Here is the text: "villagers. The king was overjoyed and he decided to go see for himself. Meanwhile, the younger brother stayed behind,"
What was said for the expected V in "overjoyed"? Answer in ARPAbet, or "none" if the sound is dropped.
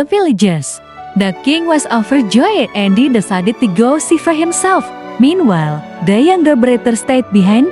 F